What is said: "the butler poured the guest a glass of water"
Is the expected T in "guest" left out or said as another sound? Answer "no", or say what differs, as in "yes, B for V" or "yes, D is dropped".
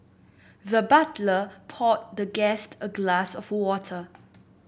no